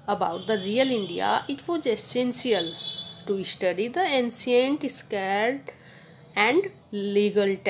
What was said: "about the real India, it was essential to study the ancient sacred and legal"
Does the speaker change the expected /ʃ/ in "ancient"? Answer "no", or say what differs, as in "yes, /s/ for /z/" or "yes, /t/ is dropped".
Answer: yes, /s/ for /ʃ/